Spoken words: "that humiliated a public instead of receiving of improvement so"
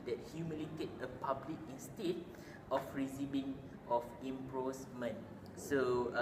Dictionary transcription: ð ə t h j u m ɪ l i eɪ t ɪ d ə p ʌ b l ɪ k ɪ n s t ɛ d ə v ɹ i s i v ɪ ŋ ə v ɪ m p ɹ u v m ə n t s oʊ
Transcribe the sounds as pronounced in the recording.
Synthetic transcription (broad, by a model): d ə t h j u m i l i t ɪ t ə p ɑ b l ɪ k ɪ n s t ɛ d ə f ɹ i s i b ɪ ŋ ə f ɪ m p ɹ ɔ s m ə n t s oʊ